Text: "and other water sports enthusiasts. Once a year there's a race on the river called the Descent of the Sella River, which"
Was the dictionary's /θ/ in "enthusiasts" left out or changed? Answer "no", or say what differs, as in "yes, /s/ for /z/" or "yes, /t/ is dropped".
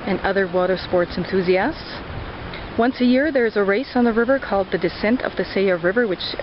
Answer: no